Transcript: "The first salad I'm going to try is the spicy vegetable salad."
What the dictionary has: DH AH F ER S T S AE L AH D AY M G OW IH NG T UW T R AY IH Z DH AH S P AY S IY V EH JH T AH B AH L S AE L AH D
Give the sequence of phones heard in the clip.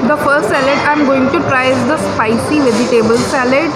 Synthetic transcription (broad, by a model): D AH F ER S T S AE L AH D AY M G OW IH NG T UW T R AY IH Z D AH S P AY S IY V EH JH T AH B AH L S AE L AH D